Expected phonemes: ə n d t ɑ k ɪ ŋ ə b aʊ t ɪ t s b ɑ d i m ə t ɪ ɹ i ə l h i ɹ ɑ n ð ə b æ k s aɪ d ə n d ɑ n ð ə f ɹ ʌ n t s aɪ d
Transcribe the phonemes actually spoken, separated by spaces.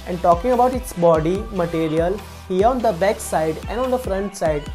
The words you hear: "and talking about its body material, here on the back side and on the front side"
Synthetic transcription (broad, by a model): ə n d t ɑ k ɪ ŋ ə b aʊ t ɪ t s b ɑ d i m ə t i ɹ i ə l h i ɹ ɑ n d ə b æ k s aɪ d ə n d ɑ n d ə f ɹ ʌ n t s aɪ d